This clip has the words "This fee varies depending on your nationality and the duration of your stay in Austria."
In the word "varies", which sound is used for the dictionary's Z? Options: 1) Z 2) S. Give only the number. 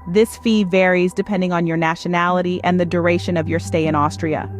1